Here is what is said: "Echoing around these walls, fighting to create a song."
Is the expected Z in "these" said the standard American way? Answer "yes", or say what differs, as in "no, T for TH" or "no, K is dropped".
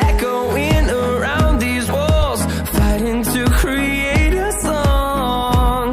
yes